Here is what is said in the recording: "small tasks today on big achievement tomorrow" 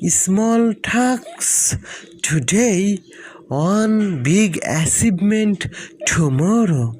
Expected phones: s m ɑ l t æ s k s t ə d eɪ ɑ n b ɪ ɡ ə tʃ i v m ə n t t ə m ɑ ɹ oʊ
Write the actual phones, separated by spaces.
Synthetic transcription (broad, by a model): s m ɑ l t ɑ k s t ə d eɪ ɑ n b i ɡ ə s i b m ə n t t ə m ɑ ɹ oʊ